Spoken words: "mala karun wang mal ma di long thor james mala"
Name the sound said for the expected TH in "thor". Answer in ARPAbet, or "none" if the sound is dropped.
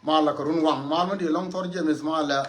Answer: T